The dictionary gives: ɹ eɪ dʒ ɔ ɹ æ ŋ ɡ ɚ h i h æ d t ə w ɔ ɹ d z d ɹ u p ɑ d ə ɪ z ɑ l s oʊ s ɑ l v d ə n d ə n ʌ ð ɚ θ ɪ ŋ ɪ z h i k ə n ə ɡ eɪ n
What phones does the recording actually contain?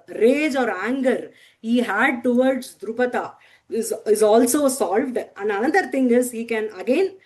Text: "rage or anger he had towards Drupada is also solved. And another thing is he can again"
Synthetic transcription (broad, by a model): ɹ eɪ dʒ ɔ ɹ æ ŋ ɡ ɚ h i h æ d t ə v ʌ ɹ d s d ɹ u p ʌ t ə ɪ z ɑ l s oʊ s ɑ l v d ə n d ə n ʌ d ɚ t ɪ ŋ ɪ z h i k ə n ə ɡ eɪ n